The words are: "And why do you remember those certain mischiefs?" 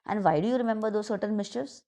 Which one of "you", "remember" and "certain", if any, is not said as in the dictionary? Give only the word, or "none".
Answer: certain